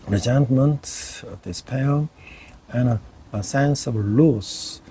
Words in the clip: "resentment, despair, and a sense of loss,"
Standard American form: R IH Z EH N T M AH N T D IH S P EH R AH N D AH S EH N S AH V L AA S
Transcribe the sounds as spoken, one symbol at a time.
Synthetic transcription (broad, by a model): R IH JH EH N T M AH N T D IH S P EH L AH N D AH S EH N S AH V L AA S